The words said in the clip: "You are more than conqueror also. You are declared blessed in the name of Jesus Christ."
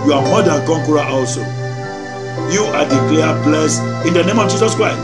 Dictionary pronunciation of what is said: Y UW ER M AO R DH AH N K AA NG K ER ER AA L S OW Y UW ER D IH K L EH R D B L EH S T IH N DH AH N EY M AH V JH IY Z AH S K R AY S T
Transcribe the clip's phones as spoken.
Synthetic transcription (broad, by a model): Y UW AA M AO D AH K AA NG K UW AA AA L S OW Y UW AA D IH K L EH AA B L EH S IH N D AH N EY M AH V JH IY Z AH S K R AY S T